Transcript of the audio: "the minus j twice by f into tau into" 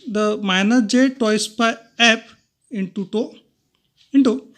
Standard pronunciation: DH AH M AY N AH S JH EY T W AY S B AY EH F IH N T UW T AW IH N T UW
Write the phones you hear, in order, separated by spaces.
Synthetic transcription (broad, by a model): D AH M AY N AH JH EY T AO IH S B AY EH P IH N T UW T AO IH N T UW